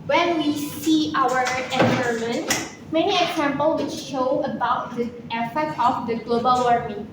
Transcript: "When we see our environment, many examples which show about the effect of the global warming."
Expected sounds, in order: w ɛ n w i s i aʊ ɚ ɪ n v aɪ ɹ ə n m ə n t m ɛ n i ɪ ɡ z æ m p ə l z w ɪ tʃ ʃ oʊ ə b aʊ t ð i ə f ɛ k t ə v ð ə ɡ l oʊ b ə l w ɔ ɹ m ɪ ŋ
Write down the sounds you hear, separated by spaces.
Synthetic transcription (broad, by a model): w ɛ n w i s i aʊ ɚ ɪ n aɪ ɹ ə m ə n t m ɛ n i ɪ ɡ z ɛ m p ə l w ɪ tʃ ʃ oʊ ə b aʊ t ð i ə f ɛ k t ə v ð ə ɡ l oʊ b ə l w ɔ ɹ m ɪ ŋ